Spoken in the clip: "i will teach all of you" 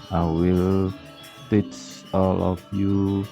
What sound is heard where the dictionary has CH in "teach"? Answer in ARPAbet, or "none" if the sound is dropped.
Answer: S